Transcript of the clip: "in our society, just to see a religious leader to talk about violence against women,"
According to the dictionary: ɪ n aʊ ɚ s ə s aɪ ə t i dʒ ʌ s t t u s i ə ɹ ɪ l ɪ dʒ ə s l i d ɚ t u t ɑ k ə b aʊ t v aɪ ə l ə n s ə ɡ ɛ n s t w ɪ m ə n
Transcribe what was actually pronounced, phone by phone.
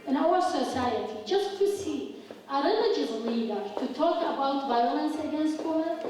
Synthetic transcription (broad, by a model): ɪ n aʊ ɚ s ə s aɪ ə t i dʒ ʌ s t t u s i ə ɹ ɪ n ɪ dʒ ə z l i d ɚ t u t ɑ k ə b aʊ t v aɪ ə l ə n s ə ɡ ɛ n s t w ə